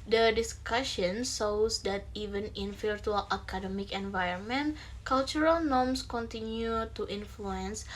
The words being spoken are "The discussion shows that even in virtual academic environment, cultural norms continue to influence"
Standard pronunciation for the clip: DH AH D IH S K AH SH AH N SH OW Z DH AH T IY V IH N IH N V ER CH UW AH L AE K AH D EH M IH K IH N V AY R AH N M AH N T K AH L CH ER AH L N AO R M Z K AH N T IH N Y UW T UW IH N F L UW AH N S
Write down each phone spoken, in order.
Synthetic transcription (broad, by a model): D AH D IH S K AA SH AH N S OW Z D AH T IY V IH N IH N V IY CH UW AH L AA K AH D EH M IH K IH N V AY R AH N M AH N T K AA L CH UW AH L N AO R M S K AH N T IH N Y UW T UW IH N F L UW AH N S